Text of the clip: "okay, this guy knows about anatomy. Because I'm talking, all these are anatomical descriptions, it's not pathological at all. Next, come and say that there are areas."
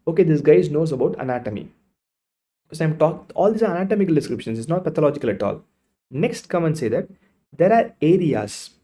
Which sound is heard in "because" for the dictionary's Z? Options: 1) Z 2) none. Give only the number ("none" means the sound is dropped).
2